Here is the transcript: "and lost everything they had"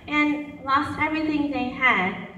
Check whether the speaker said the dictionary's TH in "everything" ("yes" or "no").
yes